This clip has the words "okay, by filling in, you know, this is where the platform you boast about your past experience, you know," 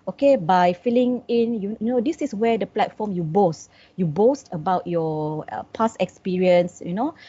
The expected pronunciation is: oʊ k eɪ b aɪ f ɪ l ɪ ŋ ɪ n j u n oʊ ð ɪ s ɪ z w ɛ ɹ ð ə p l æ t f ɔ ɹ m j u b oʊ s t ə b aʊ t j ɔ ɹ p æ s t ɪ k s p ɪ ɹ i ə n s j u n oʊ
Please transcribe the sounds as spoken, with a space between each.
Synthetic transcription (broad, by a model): oʊ k eɪ b aɪ f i l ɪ ŋ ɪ n j u n oʊ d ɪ s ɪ s w ɛ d ə p l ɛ t f ɔ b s j u b oʊ s t ə b aʊ t j ɔ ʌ p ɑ s ɪ k s p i ɹ i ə n s j u n oʊ